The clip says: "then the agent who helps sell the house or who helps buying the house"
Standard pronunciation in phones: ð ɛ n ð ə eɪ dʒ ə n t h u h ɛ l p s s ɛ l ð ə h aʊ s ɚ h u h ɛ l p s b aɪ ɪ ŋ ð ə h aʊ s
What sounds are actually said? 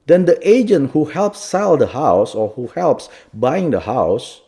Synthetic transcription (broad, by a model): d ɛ n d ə eɪ dʒ ə n t h u h ɛ l p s s ɛ l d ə h aʊ s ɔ h u h ɛ l p s b aɪ ɪ ŋ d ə h aʊ s